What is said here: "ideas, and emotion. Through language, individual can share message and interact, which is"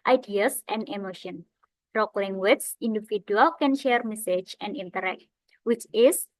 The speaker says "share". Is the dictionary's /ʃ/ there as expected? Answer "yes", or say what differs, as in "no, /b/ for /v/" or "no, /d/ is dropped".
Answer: yes